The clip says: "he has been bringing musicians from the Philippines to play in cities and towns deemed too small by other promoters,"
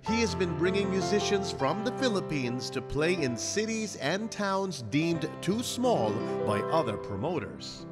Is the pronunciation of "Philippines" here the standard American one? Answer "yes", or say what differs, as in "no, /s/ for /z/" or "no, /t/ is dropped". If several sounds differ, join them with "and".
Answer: yes